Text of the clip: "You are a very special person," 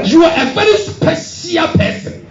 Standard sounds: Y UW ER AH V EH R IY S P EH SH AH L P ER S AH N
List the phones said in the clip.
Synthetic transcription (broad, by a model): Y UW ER AH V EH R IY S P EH S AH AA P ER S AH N